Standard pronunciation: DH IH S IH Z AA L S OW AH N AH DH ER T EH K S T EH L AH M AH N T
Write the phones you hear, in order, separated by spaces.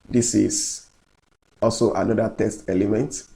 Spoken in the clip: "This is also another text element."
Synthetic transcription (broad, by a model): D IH S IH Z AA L S OW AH N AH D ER T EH S T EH L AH M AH N T